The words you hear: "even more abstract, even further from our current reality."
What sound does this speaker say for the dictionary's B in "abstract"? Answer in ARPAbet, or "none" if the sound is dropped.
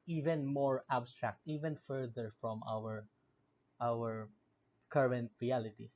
B